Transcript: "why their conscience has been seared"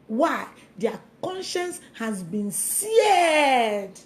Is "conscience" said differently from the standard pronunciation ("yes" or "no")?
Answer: no